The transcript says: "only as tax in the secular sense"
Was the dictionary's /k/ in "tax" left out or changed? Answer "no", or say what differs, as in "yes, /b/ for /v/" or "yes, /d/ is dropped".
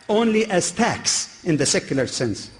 no